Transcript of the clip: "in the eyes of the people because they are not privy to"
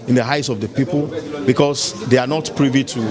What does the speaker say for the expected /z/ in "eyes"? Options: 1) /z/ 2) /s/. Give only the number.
2